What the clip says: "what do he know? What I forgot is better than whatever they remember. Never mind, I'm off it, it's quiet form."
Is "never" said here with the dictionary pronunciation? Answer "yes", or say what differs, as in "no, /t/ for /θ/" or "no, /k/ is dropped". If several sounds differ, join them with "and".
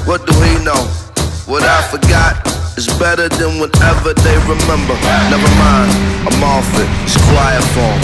no, /b/ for /v/